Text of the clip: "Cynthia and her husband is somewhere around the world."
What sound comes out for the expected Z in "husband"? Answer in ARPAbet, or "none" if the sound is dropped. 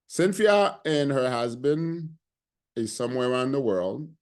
Z